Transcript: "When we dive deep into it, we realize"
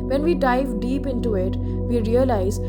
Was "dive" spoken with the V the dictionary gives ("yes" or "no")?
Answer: yes